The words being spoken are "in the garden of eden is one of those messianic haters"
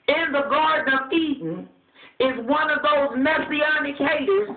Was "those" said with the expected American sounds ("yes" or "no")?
yes